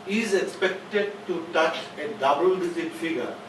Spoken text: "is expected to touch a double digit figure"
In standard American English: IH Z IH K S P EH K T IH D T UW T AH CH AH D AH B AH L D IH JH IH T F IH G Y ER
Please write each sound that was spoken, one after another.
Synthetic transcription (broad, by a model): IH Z IH K S P EH K T IH D T UW T AH CH AH D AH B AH L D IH Z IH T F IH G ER